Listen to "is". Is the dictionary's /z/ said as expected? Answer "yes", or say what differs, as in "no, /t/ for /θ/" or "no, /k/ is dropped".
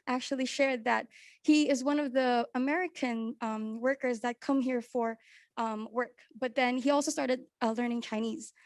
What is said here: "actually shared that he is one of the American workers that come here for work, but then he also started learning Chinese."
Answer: yes